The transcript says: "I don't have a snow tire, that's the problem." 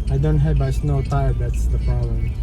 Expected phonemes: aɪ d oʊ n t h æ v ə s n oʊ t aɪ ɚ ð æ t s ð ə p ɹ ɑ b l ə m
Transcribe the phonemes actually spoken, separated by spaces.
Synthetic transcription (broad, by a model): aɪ d oʊ n t h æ b ə s n oʊ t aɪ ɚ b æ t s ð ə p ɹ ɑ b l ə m